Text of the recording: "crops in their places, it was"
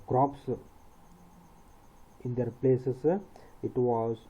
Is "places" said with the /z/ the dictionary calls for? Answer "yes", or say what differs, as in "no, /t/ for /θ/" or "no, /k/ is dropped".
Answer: no, /s/ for /z/